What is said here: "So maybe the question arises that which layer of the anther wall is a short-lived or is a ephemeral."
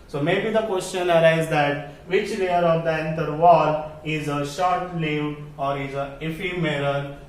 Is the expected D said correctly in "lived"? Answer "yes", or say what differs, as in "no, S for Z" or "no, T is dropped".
no, D is dropped